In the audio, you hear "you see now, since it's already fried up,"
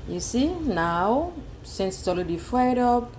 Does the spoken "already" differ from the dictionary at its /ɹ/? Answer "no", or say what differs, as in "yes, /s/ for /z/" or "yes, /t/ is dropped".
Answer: yes, /l/ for /ɹ/